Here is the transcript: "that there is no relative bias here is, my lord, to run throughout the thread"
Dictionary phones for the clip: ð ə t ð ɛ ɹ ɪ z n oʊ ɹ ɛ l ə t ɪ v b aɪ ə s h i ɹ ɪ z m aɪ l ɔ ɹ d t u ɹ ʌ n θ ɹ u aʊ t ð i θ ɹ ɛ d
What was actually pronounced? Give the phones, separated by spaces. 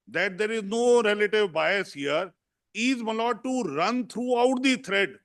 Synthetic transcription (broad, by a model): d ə t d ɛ ɹ ɪ z n oʊ ɹ ɛ l ə t ɪ v b aɪ ə s h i ɹ ɪ z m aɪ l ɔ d t u ɹ ʌ n t ɹ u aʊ t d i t ɹ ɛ d